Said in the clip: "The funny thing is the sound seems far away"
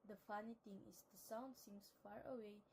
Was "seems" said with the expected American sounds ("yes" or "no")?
no